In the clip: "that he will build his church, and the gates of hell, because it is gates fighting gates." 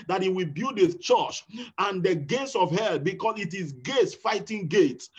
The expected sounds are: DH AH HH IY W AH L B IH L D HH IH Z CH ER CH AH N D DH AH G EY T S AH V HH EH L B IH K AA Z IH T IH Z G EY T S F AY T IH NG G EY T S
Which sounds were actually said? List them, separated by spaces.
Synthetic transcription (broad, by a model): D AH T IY W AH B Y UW D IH CH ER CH AH N D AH G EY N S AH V HH EH L B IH K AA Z IH T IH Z G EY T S F AY T IH NG G EY T